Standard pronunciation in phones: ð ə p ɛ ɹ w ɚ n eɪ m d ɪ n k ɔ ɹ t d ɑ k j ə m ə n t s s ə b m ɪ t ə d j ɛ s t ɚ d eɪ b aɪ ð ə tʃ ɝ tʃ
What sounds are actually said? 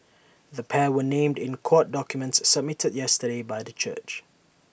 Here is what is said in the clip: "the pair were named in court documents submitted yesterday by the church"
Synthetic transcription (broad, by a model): ð ə p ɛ w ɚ n eɪ m d ɪ n k ɔ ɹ t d ɑ k j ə m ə n t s s ə b m ɪ t ə d j ɛ s t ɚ d eɪ b aɪ ð ə tʃ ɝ tʃ